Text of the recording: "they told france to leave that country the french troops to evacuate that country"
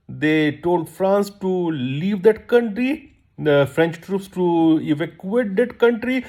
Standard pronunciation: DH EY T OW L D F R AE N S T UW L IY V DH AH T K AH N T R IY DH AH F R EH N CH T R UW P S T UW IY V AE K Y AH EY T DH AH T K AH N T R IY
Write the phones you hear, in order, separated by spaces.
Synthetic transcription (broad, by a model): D EY T OW L D F R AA N S T UW L IY V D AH T K AH N T R IY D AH F R EH N CH T R UW P S T UW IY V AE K Y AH EY T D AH T K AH N T R IY